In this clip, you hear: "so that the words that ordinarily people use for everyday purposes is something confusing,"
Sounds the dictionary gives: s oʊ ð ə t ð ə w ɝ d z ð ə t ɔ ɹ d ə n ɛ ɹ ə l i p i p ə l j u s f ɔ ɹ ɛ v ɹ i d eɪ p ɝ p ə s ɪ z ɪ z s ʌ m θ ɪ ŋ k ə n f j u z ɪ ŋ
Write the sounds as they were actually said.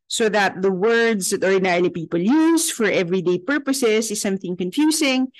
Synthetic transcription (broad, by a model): s oʊ ð ə t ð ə w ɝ d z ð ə t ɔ ɹ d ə n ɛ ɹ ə l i p i p ə l j u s f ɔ ɹ ɛ v ɹ i d eɪ p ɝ p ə s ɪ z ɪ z s ʌ m θ ɪ ŋ k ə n f j u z ɪ ŋ